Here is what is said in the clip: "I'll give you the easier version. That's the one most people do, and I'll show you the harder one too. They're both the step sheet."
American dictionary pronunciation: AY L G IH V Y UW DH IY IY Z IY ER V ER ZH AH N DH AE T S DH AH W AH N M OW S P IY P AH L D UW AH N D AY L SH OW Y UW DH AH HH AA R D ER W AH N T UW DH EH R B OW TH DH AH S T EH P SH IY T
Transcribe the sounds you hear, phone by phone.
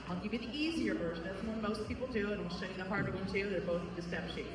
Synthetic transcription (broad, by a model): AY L G IH V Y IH DH IY IY Z IY ER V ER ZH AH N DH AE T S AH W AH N M OW S P IY P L D UW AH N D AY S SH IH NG DH AH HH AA R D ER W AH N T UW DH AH R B OW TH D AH S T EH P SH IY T